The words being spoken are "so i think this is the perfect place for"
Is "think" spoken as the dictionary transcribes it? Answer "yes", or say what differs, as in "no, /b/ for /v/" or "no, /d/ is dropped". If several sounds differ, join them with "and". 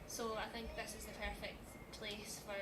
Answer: yes